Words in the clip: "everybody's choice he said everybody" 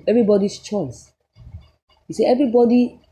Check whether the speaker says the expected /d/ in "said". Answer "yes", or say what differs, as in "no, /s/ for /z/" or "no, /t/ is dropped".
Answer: no, /d/ is dropped